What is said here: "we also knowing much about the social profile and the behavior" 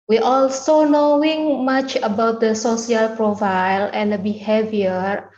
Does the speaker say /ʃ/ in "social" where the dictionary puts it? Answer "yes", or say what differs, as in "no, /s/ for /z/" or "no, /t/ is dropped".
no, /s/ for /ʃ/